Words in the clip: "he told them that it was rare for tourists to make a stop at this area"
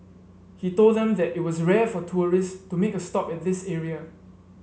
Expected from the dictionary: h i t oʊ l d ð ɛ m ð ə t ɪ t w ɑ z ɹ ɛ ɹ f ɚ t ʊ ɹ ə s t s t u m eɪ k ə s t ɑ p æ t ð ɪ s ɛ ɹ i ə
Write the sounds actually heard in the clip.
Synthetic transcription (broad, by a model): h i t oʊ l d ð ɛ m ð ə t ɪ t w ɑ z ɹ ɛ f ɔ t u ɹ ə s s t u m eɪ k ə s t ɑ p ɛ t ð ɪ s ɛ ɹ i ə